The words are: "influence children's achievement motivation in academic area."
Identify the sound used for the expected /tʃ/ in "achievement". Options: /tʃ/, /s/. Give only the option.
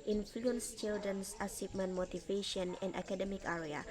/s/